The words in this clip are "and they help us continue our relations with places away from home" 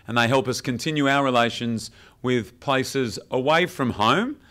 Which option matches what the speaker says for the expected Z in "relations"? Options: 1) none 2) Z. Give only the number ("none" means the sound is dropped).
2